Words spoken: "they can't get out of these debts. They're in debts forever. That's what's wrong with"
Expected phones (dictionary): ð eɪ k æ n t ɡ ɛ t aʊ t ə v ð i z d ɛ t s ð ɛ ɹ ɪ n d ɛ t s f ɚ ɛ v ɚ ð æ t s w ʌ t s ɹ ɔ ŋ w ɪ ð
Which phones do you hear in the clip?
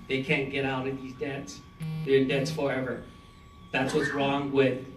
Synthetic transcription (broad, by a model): ð eɪ k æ n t ɡ ɛ t aʊ t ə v ð i z d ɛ t s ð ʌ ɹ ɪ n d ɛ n s f ɚ ɛ v ɚ ð æ t s w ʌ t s ɹ ɔ ŋ w ɪ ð